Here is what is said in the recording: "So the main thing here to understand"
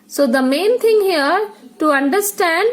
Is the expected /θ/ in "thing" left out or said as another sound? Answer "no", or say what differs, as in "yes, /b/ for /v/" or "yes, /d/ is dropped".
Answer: yes, /t/ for /θ/